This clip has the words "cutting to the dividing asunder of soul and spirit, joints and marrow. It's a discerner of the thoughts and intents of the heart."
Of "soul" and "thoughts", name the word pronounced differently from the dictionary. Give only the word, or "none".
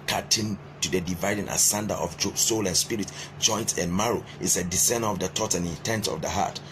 thoughts